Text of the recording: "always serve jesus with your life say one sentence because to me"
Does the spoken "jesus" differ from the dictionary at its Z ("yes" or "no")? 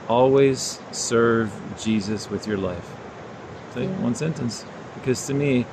no